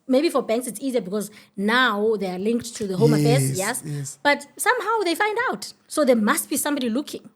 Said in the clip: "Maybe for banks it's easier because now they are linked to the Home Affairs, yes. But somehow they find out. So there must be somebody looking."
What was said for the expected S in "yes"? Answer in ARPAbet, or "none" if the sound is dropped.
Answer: S